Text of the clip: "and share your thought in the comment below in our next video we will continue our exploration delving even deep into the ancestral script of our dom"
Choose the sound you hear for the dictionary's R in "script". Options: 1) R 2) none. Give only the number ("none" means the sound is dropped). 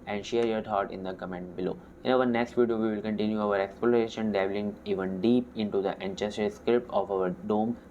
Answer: 2